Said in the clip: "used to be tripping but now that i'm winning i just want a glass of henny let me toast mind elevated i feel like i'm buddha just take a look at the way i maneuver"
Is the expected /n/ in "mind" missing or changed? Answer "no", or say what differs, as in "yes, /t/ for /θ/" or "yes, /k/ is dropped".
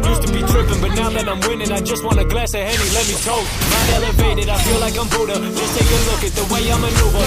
yes, /n/ is dropped